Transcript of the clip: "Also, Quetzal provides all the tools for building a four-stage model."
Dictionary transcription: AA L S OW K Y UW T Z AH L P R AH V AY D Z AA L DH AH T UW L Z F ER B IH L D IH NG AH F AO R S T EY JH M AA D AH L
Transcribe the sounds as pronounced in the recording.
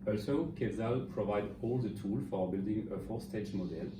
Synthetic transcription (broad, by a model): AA L S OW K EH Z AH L P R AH V AY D AA L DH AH T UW L F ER B IH L D IH NG AH F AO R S T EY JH M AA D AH L